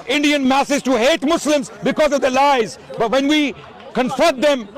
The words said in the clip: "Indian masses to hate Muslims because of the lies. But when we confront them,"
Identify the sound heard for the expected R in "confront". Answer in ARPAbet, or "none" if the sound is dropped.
none